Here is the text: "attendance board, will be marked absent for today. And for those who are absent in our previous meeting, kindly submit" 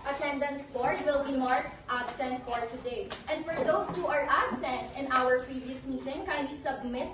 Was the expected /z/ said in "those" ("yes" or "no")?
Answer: no